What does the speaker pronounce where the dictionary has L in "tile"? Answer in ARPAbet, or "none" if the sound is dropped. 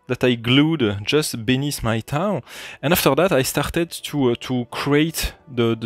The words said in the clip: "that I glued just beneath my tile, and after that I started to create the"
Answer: N